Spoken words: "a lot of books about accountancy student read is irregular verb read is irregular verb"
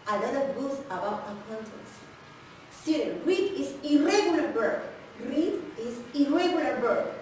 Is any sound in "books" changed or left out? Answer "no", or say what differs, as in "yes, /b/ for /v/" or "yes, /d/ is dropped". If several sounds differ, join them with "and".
yes, /k/ is dropped